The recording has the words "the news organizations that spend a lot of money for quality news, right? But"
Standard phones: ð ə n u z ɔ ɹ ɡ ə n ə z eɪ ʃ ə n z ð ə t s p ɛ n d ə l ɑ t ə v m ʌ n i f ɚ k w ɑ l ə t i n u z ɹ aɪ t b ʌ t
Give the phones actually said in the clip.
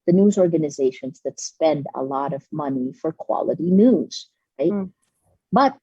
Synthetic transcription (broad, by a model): ð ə n u z ɔ ɹ ɡ ə n ə z eɪ ʃ ə n z ð ə t s p ɛ n d ə l ɑ t ə v m ʌ n i f ɚ k w ɑ l ə t i n u z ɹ aɪ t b ʌ t